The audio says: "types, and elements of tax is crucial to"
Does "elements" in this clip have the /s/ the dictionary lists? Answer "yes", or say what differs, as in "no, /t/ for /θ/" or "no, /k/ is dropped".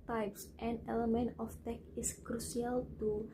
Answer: no, /s/ is dropped